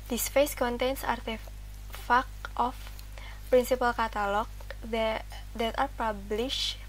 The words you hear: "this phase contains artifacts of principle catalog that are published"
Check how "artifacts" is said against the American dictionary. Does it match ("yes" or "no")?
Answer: no